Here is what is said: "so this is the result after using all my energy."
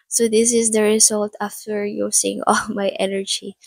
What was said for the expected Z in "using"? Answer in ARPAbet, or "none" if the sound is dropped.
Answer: S